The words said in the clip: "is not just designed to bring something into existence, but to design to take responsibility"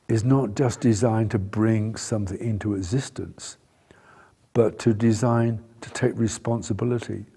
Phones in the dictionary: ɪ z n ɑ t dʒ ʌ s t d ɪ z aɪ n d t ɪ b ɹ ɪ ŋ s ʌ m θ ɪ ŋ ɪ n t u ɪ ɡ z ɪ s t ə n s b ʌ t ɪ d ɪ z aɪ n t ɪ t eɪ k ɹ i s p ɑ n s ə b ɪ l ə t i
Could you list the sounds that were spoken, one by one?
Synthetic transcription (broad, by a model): ɪ z n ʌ t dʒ ʌ s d ɪ z aɪ n t ɪ b ɹ ɪ ŋ s ʌ m θ ɪ ŋ ɪ n t u ɪ ɡ z ɪ s t ə n s b ʌ t ɪ d ɪ z aɪ n t ɪ t eɪ k ɹ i s p ɑ n s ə b ɪ l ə t i